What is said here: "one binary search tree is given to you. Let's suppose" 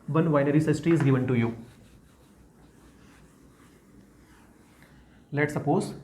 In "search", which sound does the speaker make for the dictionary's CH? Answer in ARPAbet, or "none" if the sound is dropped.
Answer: S